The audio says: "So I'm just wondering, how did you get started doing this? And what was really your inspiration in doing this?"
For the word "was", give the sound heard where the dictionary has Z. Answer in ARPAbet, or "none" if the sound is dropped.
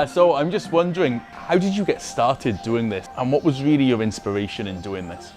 Z